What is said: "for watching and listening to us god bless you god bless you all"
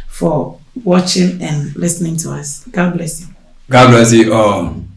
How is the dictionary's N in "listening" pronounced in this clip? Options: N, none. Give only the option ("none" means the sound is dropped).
N